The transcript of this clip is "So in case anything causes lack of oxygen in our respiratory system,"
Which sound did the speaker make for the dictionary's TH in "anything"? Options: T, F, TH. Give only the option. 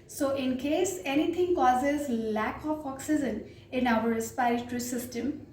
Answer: T